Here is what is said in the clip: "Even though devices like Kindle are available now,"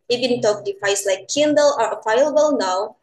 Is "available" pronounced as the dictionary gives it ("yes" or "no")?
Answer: no